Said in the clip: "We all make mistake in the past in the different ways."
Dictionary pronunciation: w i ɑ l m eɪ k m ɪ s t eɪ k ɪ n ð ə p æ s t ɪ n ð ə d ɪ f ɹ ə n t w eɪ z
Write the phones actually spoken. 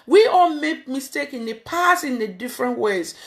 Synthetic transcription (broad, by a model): w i ɑ l m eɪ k m ɪ s t eɪ k ɪ n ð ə p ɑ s ɪ n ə d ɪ f ɹ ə n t w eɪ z